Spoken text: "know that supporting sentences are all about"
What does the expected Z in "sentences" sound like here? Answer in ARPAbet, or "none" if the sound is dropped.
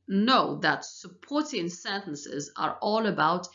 Z